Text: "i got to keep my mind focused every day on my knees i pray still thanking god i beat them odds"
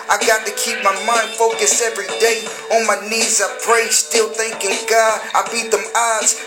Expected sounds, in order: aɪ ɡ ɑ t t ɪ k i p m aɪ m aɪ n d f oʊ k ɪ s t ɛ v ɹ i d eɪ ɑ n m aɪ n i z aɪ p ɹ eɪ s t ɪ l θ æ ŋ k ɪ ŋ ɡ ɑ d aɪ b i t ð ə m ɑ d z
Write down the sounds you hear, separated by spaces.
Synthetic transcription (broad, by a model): aɪ ɡ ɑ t t ɪ k i p m aɪ m aɪ n d f oʊ k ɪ s ɛ v ɹ i d eɪ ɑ n m aɪ n i z aɪ p ɹ eɪ s t ɪ l θ æ ŋ k ɪ ŋ ɡ ɑ d aɪ b i t ð ə m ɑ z